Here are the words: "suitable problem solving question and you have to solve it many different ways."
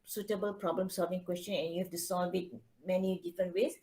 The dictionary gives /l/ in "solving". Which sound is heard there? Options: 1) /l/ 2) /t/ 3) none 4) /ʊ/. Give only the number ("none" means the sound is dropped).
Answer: 1